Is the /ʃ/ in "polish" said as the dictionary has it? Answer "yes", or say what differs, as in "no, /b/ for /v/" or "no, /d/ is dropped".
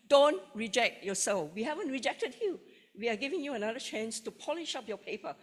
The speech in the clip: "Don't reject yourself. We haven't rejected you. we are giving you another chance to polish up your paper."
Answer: yes